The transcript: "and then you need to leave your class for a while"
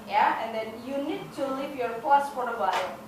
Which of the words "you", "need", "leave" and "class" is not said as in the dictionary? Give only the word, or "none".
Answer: class